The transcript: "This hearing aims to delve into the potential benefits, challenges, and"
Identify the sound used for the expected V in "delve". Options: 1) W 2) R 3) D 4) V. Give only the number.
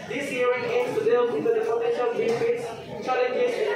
1